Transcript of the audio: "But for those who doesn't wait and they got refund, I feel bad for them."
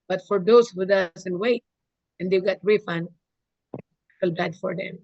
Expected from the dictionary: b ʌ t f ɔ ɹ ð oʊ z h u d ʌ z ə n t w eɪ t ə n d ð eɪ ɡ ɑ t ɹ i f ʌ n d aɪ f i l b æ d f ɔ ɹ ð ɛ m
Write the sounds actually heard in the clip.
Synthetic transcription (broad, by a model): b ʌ t f ɔ ɹ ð oʊ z h u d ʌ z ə n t w eɪ t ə n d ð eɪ ɡ ɑ t ɹ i f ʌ n ʌ l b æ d f ɔ ɹ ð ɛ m